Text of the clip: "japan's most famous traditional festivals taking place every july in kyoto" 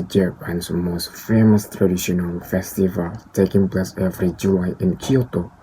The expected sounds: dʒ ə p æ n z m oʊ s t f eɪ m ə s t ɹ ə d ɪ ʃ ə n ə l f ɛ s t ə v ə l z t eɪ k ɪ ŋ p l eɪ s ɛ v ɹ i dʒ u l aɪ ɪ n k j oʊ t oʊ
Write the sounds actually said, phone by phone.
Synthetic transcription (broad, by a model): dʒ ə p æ n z m oʊ s t f eɪ m ə s t ɹ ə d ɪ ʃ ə n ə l f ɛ s t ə v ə l t eɪ k ɪ ŋ p l eɪ s ɛ v ɹ i dʒ u l aɪ ɪ n k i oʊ t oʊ